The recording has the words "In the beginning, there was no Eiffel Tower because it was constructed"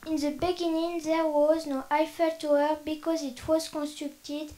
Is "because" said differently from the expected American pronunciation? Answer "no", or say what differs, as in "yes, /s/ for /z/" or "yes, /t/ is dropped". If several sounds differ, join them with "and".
no